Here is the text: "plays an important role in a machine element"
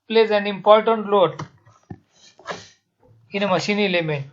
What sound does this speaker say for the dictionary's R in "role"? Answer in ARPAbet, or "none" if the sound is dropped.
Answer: L